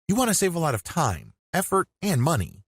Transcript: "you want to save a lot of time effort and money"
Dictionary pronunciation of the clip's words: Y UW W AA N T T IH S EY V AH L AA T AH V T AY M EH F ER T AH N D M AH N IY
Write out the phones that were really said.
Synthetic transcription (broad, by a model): Y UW W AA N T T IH S EY V AH L AA T AH V T AY M EH F ER T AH N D M AH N IY